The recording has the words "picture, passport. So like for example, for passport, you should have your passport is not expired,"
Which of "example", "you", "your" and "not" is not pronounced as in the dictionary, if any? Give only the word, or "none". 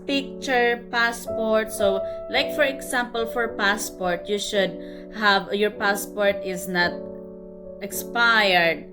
example